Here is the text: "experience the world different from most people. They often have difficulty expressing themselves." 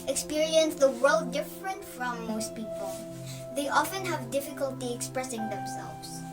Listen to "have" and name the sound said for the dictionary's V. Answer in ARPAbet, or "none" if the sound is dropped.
V